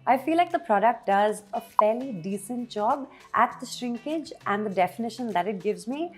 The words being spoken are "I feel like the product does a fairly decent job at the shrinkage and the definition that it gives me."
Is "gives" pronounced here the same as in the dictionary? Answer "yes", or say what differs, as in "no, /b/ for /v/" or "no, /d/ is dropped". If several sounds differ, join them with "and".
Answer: yes